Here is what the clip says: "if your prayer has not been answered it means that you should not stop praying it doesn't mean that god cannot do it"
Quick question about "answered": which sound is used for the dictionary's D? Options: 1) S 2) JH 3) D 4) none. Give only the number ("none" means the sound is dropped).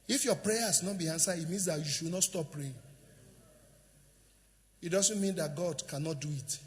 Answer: 4